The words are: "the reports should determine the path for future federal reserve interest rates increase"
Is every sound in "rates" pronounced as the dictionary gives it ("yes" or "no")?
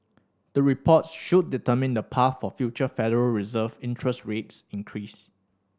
yes